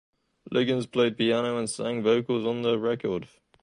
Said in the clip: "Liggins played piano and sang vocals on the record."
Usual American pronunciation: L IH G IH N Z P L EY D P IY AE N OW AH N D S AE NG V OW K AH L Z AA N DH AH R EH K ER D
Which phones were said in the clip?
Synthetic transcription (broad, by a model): L IH G IH N Z P L EY D P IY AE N OW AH N S AE NG V OW K AH L Z N DH AH R EH K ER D